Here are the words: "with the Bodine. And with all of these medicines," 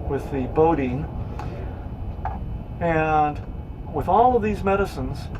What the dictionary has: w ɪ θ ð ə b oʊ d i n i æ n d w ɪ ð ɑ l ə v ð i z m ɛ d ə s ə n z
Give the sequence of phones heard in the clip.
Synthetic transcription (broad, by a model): w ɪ ð ə b oʊ d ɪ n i n w ɪ ð ɑ l ə v ð i z m ɛ d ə s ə n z